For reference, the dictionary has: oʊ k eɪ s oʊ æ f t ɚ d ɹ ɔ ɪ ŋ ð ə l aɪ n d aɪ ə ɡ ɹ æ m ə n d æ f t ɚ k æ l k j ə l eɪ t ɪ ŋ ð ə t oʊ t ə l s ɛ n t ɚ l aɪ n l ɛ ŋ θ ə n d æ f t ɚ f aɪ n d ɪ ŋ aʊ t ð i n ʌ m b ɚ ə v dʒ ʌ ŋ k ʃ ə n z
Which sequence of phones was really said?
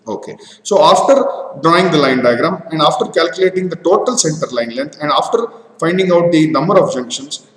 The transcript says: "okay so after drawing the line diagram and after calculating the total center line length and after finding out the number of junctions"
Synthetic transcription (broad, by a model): oʊ k eɪ s oʊ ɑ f t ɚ d ɹ ɔ ɪ ŋ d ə l aɪ n d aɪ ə ɡ ɹ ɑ m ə n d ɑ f t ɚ k æ l k j ə l eɪ t ɪ ŋ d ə t oʊ t ə l s ɛ n t ɚ l aɪ n l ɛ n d ə n d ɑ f t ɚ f aɪ n d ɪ ŋ aʊ t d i n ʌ m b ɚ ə b dʒ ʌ ŋ k ʃ ə n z